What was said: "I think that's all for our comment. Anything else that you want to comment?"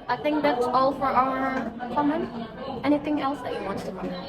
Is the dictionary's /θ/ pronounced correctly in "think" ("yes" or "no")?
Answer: yes